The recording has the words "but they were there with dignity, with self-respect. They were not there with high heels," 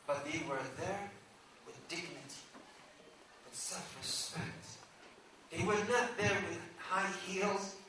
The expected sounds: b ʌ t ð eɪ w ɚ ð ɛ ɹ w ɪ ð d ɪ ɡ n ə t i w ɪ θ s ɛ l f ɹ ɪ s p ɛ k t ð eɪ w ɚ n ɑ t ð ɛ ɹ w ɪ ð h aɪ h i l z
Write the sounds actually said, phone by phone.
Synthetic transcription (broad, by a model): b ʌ t ð eɪ w ɚ ð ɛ ɹ w ɪ ð d ɪ ɡ n ə t i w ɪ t s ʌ f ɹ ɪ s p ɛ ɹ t ð eɪ w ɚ n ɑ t ð ɛ ɹ w ɪ ð h aɪ h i l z